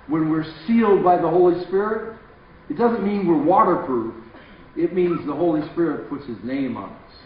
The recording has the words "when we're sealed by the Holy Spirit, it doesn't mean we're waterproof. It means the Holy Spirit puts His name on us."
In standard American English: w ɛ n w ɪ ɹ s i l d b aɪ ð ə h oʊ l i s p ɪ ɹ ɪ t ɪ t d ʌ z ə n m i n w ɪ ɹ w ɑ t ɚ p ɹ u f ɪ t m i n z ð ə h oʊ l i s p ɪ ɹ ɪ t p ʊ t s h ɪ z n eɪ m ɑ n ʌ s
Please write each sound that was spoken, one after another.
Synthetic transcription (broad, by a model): w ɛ n w ɪ ɹ s i l d b aɪ ð ə h oʊ l i s p ɪ ɹ ɪ t ɪ t d ʌ z ə n m i n w ɪ ɹ w ɑ t ɚ p ɹ u f ɪ t m i n z ð ə h oʊ l i s p ɪ ɹ ɪ t p ʊ t s h ɪ z n eɪ m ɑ n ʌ s